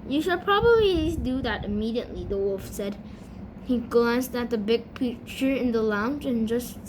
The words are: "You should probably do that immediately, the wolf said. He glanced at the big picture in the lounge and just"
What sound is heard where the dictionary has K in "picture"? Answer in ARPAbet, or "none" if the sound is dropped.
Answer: none